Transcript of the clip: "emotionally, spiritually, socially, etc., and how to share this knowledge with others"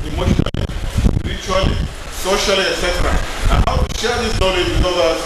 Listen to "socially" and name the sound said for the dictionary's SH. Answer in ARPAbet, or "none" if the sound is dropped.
SH